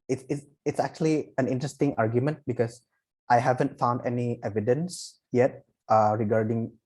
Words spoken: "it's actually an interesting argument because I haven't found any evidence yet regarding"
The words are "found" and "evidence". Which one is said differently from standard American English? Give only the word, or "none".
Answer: none